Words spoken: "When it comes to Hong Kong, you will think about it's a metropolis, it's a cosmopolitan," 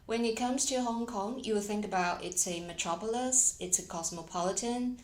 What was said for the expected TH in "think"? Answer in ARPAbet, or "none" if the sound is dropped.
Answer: TH